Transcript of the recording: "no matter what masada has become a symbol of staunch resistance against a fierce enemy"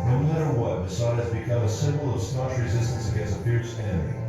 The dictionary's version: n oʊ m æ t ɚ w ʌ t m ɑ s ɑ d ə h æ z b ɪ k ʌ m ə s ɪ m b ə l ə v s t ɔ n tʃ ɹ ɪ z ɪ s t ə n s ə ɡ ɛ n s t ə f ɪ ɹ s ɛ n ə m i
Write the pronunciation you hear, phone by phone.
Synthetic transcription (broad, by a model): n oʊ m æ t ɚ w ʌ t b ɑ s ɑ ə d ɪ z b ɪ k ʌ m ə s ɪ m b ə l ə v s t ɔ tʃ ɹ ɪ z ɪ s t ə n s ə ɡ ɛ n s t ə p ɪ ɹ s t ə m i